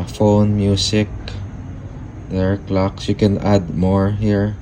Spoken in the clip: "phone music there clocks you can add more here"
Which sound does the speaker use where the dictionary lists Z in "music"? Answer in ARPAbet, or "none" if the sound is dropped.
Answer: S